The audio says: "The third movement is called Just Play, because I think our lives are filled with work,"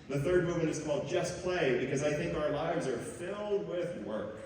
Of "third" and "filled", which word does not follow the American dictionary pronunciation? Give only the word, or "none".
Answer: none